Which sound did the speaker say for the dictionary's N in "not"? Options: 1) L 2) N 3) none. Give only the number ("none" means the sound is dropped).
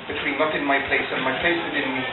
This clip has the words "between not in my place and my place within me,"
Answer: 1